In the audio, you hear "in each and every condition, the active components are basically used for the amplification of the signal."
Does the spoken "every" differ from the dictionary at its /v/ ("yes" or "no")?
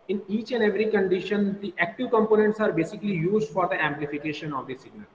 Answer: no